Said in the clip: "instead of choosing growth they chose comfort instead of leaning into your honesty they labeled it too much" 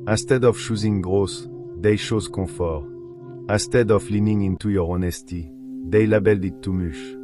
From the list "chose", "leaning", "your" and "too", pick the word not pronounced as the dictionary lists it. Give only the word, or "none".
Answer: chose